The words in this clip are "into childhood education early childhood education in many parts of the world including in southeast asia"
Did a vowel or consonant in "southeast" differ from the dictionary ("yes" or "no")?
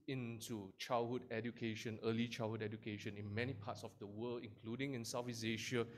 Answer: yes